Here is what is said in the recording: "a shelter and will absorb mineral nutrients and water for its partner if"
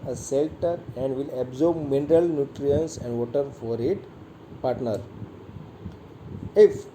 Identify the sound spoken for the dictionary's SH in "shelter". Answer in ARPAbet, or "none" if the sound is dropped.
S